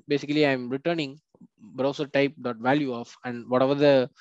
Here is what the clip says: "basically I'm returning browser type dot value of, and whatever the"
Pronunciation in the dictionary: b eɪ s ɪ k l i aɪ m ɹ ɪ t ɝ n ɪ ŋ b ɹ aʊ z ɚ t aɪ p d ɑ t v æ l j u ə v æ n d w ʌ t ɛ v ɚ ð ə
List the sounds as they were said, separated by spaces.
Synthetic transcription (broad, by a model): b eɪ s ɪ k l i aɪ m ɹ ɪ t ɝ n ɪ ŋ b ɹ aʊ s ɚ t aɪ p d ɑ t v æ l j u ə f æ n d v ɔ t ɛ v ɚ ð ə